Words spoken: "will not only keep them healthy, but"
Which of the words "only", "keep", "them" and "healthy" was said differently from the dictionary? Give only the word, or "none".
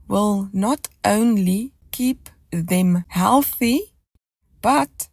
none